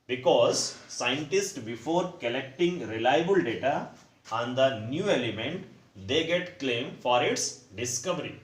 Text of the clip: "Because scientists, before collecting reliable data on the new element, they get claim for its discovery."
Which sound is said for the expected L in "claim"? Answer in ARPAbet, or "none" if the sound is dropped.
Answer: L